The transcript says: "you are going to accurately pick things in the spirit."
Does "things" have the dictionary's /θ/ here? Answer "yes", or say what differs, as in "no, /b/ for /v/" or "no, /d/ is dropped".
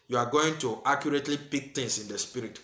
no, /t/ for /θ/